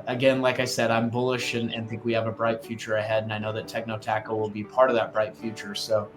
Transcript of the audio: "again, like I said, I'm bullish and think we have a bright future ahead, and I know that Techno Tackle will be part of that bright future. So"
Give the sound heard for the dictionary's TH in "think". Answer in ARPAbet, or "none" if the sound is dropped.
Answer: TH